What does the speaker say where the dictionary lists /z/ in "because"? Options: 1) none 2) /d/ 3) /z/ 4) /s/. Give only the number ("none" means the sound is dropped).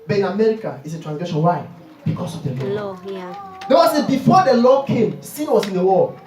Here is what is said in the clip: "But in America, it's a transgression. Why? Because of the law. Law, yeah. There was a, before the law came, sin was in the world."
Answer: 4